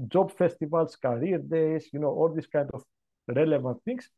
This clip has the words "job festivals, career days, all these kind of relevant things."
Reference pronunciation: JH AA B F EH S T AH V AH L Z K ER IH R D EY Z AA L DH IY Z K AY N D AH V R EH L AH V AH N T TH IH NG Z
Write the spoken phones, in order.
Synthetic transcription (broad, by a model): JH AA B F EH S T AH V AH L S K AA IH R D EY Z AA L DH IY S K AY N D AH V R EH L AH V AH N T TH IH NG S